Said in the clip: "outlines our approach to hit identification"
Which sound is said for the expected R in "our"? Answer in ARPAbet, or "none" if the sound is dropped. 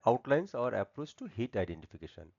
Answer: R